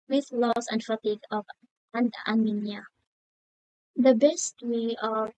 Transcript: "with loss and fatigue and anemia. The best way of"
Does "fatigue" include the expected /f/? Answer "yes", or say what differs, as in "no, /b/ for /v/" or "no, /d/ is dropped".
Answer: yes